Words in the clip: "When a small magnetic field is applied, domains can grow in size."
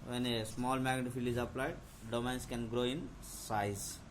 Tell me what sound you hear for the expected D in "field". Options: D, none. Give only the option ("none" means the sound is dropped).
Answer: none